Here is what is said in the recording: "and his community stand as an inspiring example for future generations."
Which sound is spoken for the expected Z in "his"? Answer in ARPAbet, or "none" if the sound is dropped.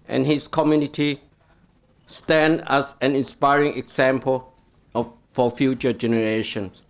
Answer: S